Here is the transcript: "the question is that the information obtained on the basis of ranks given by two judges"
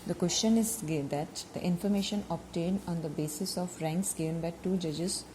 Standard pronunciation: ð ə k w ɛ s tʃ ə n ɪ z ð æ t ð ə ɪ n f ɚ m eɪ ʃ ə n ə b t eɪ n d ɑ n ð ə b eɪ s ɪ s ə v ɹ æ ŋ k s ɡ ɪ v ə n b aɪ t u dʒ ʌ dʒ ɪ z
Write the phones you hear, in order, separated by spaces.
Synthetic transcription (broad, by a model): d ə k w ɛ s tʃ ə n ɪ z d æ t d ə ɪ n f ɚ m eɪ ʃ ə n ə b t eɪ n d ɑ n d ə b eɪ s ɪ s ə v ɹ æ ŋ k s ɡ ɪ v ə n b aɪ t u dʒ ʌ dʒ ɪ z